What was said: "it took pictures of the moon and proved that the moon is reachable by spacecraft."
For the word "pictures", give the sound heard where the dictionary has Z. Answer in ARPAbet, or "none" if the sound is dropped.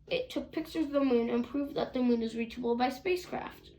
none